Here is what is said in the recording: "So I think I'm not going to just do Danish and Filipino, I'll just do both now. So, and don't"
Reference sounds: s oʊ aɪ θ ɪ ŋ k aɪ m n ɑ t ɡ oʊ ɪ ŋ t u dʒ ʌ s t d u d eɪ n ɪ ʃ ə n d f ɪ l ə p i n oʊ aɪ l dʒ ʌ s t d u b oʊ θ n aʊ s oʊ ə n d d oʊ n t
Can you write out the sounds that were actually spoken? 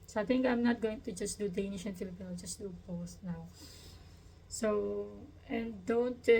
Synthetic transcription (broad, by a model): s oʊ aɪ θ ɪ ŋ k aɪ m n ɑ t ɡ oʊ ɪ ŋ t u dʒ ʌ s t d u d eɪ n ɪ ʃ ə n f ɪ l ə p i n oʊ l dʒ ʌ s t d u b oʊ s n aʊ s oʊ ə n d d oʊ n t